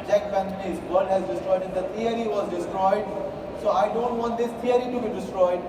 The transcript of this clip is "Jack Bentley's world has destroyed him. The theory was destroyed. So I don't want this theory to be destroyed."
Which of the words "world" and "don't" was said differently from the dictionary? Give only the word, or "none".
world